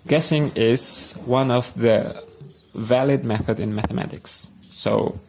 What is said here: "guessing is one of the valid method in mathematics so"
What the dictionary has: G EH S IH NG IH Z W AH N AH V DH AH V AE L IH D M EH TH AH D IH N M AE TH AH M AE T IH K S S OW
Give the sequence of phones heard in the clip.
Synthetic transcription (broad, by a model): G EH S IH NG IH Z W AH N AH V DH AH V AE L IH D M EH TH AH D IH N M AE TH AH M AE T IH K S S OW